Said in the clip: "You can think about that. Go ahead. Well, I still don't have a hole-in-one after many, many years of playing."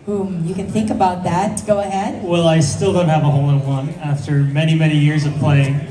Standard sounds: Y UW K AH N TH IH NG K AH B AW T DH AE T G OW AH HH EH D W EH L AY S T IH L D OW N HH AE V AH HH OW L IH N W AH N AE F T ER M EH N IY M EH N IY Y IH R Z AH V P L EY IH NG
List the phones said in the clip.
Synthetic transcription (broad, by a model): Y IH K AH N TH IH NG K AH B AW T DH AE T G OW AH HH EH D W EH L AY S T IH L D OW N HH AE V AH HH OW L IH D W AH N AE F T ER M EH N IY M EH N IY Y IH R Z AH V P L EY IH NG